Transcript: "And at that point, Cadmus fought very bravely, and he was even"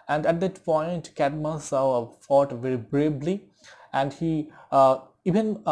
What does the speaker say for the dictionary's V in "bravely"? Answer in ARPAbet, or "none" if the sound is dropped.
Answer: B